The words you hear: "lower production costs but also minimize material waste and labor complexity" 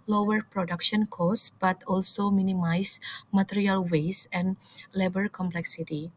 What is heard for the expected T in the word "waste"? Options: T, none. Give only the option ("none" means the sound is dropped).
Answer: none